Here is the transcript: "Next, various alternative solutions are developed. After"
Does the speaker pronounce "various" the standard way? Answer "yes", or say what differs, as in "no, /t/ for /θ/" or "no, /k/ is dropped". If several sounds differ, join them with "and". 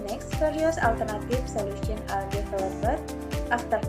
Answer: no, /f/ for /v/